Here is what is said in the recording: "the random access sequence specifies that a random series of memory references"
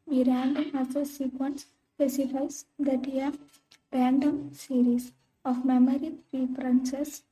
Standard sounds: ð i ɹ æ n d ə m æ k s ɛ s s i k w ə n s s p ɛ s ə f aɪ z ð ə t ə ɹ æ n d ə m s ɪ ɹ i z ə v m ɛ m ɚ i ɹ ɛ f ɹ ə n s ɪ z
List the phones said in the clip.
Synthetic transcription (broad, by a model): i ɹ æ n d ə m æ s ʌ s s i k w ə n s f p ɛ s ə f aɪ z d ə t ə ɹ æ n d ə m s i ɹ i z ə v m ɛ m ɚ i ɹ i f ɹ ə n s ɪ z